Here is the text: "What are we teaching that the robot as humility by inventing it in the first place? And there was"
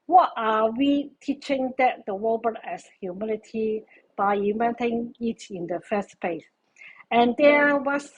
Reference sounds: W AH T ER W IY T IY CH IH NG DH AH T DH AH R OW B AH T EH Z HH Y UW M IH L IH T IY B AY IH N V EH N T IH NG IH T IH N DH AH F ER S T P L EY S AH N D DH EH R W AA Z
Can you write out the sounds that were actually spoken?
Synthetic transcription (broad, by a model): W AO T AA W IY T IY CH IH NG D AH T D AH W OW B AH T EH S HH Y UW M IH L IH T IY B AY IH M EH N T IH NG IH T IH N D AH F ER S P EY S AH N D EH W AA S